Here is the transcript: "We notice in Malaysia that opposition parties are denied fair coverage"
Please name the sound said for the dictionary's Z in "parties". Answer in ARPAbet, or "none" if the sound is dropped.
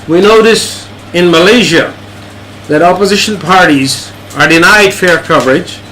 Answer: Z